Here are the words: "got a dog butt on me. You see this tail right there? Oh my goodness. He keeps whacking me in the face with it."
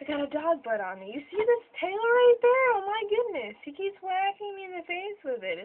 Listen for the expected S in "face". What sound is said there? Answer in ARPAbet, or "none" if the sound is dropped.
S